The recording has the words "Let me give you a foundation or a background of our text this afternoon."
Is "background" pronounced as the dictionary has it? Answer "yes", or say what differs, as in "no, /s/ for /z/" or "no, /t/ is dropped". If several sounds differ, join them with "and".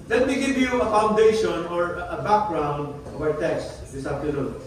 yes